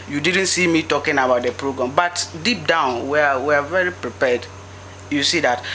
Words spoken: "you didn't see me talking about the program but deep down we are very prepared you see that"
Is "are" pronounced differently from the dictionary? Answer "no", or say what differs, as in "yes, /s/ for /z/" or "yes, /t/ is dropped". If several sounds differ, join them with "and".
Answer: yes, /w/ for /ɹ/